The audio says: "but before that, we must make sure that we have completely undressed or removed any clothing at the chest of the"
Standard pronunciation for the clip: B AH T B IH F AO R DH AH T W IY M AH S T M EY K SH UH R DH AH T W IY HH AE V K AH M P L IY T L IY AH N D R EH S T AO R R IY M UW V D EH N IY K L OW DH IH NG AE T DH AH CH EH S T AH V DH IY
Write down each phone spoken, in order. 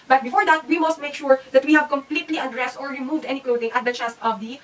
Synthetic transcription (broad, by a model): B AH T B IH F AO R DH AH T W IY M AH S T M EY K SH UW R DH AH T W IY HH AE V K AH M P L IY T L IY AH D R EH S T AO R R IY M UW V D EH N IY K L OW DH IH NG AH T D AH CH EH S T AH V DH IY